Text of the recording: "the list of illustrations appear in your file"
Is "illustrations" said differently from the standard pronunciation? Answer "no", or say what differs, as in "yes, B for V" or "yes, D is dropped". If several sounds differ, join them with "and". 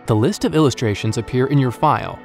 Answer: no